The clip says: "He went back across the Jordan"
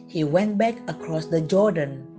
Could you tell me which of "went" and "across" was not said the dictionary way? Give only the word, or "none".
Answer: none